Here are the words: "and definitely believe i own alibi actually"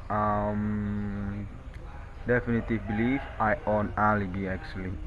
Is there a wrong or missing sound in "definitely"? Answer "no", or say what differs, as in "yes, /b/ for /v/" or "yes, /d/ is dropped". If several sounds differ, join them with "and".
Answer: yes, /l/ is dropped